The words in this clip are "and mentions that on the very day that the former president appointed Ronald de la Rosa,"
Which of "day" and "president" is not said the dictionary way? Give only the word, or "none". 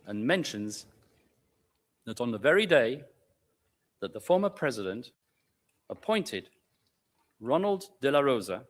none